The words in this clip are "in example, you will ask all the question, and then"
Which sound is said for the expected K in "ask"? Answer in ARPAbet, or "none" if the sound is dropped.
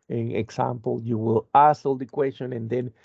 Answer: none